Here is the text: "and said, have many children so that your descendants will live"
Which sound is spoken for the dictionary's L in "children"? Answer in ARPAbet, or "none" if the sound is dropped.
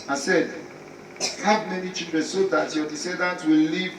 none